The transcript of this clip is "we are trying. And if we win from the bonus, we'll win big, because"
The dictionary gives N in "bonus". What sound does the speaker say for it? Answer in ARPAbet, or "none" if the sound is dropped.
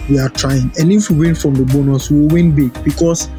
N